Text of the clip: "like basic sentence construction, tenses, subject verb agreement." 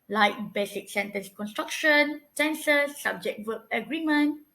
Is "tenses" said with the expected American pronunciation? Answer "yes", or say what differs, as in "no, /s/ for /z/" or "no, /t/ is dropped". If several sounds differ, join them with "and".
no, /s/ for /t/